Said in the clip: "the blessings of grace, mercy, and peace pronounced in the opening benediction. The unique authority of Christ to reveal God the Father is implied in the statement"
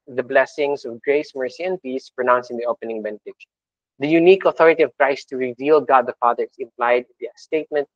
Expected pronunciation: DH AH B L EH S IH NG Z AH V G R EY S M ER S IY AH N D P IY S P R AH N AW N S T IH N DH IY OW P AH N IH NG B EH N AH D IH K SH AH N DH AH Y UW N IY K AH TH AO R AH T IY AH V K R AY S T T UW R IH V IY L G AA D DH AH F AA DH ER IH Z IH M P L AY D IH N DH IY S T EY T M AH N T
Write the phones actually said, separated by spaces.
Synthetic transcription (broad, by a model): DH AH B L EH S IH NG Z AH V G R EY S M ER S IY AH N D P IY S P R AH N AW N S IH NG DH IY OW P AH N IH NG B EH N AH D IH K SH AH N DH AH Y UW N IY K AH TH AO R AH T IY AH V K R AY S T T UW R IH V IY L G AA D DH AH F AA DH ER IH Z IH M P L AY D IH N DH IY S T EY T M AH N T